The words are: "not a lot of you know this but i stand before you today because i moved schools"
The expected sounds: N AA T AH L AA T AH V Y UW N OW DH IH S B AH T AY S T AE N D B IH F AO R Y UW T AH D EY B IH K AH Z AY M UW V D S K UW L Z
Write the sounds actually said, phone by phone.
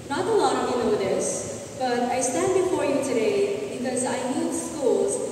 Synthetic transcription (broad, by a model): N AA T AH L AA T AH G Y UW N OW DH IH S B AH T AY S T AE N D B IH F AO R Y UW T AH D EY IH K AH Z AY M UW D S K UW L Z